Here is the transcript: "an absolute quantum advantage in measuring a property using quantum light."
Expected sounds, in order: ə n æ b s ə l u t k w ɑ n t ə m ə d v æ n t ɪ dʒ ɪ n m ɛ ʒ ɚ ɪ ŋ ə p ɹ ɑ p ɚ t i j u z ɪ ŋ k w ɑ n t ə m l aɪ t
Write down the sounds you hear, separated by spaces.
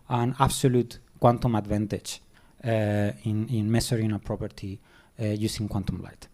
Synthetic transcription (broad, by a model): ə n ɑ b s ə l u t k w ɑ n t ə m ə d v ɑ n t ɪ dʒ ɪ n m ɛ s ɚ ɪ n ə p ɹ ɑ p ɚ t i j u s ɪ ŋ k w ɑ n t ə m l aɪ t